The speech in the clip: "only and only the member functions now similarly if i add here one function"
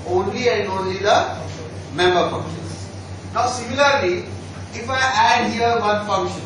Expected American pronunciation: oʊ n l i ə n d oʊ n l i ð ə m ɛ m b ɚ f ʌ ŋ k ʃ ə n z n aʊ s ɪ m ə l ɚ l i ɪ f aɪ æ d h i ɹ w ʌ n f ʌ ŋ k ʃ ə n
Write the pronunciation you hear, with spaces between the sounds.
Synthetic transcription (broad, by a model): oʊ n l i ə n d oʊ n l i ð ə m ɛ m b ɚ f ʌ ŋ ʃ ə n s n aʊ s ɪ m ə l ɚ l i ɪ f aɪ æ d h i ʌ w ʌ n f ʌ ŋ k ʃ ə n